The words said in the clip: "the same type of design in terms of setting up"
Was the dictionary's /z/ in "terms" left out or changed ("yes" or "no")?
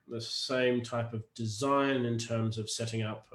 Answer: no